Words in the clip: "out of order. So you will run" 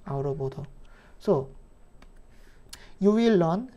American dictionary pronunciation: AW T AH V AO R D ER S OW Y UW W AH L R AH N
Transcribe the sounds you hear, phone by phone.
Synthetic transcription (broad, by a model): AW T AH P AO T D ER S OW Y UW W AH L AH N